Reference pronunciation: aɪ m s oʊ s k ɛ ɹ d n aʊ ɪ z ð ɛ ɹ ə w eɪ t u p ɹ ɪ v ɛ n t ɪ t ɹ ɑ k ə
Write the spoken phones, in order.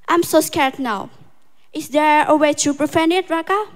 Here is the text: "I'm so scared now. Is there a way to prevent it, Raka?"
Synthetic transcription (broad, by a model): aɪ m s oʊ s k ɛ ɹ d n aʊ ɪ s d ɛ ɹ ə w eɪ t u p ɹ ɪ f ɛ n ɪ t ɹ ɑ k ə